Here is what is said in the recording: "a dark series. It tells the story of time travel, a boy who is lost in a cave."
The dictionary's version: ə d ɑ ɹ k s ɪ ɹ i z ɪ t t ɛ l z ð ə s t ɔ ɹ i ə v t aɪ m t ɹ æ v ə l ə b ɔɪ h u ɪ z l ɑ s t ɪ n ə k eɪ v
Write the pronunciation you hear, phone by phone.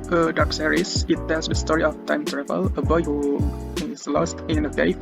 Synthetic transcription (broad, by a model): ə d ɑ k s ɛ ɹ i s ɪ t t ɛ l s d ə s t ɔ ɹ i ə f t aɪ m t ɹ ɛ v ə l ə b ɔɪ h u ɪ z l ɑ s t ɪ n ə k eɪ